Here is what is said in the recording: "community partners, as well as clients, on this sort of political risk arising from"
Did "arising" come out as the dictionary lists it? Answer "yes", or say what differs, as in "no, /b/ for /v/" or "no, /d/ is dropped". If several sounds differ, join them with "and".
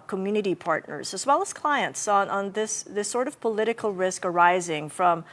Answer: yes